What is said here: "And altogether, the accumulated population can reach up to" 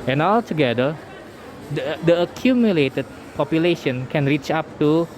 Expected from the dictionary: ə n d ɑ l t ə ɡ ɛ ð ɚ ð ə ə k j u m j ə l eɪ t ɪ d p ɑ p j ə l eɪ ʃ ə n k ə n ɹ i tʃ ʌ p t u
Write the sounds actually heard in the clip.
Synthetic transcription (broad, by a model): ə n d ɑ l t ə ɡ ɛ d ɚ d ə ə k j u m j ə l eɪ t ɪ d p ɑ p j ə l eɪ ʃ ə n k ə n ɹ i tʃ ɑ p t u